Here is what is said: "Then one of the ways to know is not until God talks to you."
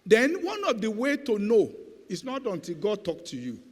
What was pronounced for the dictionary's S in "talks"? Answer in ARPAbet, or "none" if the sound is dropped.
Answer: none